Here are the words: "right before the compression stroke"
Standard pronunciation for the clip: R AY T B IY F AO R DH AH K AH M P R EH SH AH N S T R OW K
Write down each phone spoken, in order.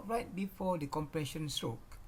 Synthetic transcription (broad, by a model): R AY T B IY F AO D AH K AH M P R EH SH AH N S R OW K